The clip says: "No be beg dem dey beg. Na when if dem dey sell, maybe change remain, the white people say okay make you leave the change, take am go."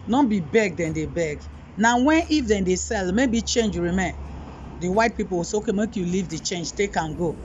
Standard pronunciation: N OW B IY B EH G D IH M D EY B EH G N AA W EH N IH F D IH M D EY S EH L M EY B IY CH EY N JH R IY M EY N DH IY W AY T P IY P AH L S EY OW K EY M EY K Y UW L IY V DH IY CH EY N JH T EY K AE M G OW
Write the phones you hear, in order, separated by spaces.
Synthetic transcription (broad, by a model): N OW B IY B EH G D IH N D EY B EH G N AA W EH N IH F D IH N D EY S EH L M EY B IY CH EY N JH R IY M EY N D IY W AY T P IY P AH W S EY OW K EY M EY K Y UW L IY V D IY CH EY N JH T EY K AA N G OW